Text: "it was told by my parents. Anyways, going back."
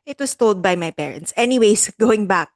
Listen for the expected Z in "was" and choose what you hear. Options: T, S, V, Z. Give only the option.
S